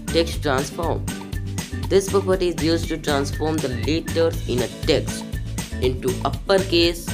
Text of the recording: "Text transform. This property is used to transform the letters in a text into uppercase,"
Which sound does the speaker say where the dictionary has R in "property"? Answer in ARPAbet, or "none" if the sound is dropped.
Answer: R